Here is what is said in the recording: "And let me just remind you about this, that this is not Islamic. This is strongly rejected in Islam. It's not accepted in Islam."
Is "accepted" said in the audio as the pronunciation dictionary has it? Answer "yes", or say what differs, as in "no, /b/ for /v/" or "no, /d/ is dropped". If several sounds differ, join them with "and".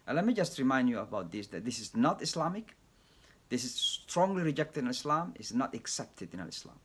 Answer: yes